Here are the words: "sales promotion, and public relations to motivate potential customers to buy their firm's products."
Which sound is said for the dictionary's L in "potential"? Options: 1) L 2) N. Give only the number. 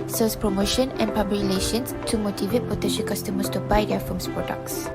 2